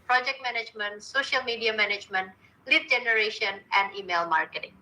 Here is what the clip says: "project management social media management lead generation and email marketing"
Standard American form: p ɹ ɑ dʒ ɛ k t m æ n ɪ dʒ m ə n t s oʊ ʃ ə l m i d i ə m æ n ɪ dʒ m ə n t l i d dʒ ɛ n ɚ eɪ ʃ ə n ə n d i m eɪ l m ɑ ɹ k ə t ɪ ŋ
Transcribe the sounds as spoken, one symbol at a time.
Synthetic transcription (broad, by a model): p ɹ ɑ dʒ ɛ k t m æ n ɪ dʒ m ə n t s oʊ ʃ ə l m i d i ə m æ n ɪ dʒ m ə n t l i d dʒ ɛ n ɚ eɪ ʃ ə n ə n d i m eɪ l m ɑ ɹ k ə t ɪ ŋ